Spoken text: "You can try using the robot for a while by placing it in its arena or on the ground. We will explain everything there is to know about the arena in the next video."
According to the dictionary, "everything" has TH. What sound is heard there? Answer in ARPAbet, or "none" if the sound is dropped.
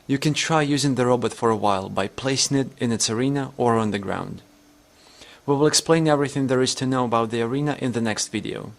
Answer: TH